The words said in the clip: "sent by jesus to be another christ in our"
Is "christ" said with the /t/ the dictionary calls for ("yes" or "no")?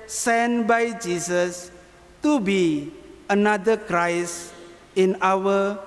no